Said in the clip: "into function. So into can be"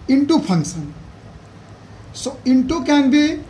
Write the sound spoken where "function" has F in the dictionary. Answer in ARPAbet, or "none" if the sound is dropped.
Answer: P